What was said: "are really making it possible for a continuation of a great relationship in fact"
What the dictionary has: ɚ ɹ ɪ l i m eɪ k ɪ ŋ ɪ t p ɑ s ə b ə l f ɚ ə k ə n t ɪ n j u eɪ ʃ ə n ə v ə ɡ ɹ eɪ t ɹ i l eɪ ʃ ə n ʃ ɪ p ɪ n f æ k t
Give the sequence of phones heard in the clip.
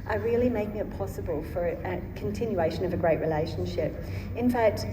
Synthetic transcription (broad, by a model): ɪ ɹ ɪ l i m eɪ k ɪ ŋ ɪ t p ɑ s ə b ə l f ɚ ə k ə n t ɪ n j u eɪ ʃ ə n ə v ə ɡ ɹ eɪ t ɹ i l eɪ ʃ ə n ʃ ɪ p ɪ n f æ k t